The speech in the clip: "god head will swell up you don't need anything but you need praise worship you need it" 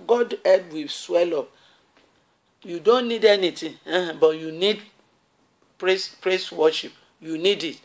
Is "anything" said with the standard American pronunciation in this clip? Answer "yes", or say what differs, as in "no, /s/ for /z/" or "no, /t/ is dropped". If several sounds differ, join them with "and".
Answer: no, /t/ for /θ/